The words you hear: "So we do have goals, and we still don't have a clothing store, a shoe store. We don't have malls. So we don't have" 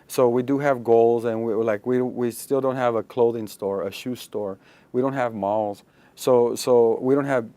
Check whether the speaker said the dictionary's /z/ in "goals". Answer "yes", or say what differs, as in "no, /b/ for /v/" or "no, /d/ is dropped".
yes